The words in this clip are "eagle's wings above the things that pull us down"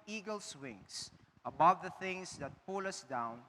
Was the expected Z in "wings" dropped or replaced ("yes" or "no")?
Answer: yes